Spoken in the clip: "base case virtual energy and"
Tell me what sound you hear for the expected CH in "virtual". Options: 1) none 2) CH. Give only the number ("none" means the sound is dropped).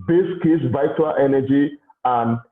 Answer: 1